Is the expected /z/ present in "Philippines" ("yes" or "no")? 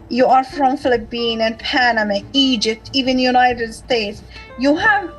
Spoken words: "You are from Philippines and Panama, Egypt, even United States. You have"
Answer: no